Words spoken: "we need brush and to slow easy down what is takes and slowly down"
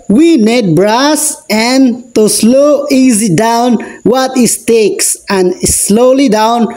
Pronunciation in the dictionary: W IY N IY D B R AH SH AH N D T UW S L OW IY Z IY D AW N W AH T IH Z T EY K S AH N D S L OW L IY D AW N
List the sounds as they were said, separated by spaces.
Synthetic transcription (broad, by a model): W IY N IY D B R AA S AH N T UW S L OW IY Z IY D AW N W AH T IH S T EY K S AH N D S L OW L IY D AW N